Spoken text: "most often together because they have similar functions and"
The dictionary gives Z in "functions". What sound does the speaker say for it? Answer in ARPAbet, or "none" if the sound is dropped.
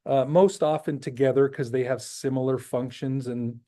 Z